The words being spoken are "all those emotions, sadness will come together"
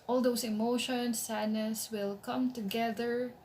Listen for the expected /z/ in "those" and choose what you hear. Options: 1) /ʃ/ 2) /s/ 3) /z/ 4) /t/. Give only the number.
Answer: 2